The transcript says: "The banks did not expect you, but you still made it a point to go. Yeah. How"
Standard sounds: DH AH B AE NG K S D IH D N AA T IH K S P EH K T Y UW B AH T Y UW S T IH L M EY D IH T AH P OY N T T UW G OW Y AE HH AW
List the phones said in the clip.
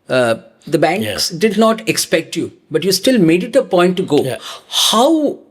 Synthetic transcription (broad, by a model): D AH B AE NG K S D IH D N AA T IH K S P EH K T Y UW B AH T Y UW S T IH L M EY D IH T AH P OY N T T UW G OW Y HH AW